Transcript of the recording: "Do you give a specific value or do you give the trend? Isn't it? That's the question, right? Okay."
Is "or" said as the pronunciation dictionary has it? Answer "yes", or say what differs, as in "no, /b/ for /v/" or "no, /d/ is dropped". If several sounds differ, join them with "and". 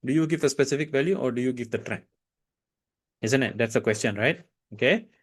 yes